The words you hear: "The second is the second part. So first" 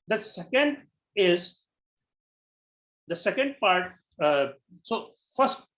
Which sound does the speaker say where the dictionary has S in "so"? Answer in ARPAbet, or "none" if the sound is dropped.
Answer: S